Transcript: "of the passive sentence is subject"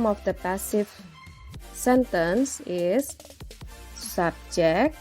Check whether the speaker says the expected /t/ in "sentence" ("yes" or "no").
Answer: yes